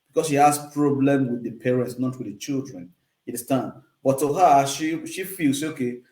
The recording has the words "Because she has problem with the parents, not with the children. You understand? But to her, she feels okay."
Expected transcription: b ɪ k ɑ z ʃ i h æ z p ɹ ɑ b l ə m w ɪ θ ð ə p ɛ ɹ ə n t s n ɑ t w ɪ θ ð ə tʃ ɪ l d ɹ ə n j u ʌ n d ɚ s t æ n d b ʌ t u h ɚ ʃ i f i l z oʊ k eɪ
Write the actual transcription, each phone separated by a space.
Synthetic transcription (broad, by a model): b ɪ k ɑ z ʃ i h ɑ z p ɹ ɑ b l ə m w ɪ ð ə p ɛ ɹ ə n t s n ɑ t w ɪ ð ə tʃ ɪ l d ɹ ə n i d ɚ s t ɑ n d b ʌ t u h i ʃ i f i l s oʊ k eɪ